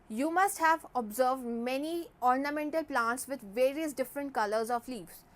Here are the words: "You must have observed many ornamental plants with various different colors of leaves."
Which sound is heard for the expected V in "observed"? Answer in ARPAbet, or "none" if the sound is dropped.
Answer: V